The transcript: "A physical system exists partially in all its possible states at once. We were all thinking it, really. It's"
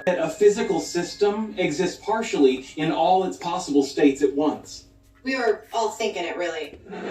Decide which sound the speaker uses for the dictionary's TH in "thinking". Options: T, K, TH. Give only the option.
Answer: TH